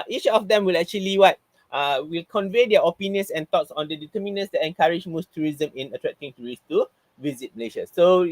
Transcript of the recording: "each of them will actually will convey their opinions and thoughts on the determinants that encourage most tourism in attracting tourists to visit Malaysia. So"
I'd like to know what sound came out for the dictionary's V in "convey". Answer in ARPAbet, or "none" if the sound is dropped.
V